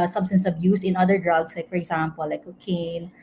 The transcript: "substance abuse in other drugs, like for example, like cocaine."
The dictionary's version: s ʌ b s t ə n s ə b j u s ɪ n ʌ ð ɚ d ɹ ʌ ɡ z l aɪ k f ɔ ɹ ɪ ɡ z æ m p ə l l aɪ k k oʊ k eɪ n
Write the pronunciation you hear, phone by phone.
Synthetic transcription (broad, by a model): s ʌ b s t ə n s ə b j u s ɪ n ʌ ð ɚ d ɹ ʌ ɡ s l aɪ k f ɔ ɹ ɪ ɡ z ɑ m p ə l l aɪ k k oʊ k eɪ n